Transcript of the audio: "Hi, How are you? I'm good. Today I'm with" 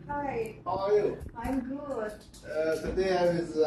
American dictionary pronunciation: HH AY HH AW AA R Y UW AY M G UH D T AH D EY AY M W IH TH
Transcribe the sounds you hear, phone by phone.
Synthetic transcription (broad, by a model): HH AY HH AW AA L Y UW AY M G UH D T AH D EY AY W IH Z